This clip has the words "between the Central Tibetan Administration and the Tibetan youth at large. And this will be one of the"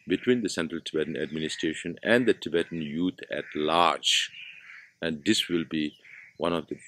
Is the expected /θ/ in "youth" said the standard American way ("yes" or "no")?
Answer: no